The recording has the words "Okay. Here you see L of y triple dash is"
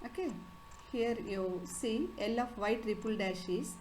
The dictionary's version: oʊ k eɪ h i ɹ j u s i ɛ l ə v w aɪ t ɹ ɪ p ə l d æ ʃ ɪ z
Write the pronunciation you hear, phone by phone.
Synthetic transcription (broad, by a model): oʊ k eɪ h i ɹ j u s i ɛ l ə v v aɪ t ɹ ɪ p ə l d æ ʃ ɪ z